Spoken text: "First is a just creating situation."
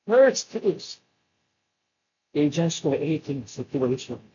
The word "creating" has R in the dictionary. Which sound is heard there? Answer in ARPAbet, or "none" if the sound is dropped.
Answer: none